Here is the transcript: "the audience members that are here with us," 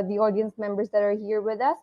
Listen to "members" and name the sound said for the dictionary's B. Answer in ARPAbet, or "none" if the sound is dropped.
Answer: B